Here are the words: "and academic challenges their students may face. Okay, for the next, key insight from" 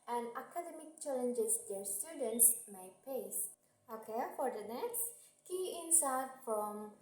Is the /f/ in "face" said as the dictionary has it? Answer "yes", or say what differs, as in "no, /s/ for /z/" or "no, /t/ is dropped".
no, /p/ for /f/